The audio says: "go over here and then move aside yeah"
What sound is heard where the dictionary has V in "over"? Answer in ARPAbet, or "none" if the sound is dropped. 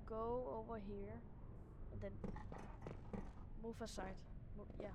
V